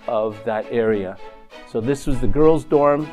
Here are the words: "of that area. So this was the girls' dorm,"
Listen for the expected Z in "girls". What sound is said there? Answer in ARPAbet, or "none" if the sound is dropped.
Z